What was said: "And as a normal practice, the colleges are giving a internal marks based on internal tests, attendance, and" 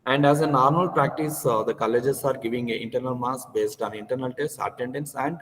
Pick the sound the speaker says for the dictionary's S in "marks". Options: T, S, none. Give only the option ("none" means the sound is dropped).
none